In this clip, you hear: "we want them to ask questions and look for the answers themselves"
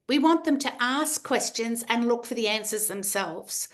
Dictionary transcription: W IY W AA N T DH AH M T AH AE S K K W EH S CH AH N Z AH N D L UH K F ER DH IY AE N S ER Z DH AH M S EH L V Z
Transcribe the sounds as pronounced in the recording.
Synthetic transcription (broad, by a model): W IY W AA N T DH AH M T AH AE S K K W EH S CH AH N Z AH N L UH K F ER DH IY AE N S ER Z DH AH M S EH L V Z